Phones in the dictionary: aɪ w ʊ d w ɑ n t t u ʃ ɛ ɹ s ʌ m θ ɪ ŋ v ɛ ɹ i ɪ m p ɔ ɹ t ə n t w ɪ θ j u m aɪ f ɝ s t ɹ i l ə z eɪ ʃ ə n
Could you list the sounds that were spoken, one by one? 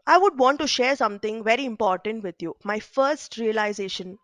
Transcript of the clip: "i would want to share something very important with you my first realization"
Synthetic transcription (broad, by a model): aɪ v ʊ d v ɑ n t t u ʃ ɛ ɹ s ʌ m t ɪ ŋ v ɛ ɹ i ɪ m p ɔ ɹ t ə n t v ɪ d j u m aɪ f ɝ s t ɹ i l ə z eɪ ʃ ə n